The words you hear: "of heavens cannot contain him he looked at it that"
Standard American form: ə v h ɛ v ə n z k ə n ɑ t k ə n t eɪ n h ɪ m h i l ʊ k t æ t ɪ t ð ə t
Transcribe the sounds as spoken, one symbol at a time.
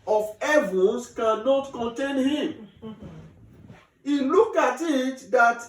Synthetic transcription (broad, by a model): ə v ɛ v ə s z k ə n ɑ t k ə n t eɪ n h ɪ m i l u k ɑ t ɪ t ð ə t